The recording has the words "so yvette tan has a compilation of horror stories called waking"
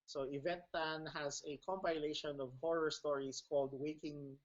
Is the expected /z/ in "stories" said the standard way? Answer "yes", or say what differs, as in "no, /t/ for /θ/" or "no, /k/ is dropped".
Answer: no, /s/ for /z/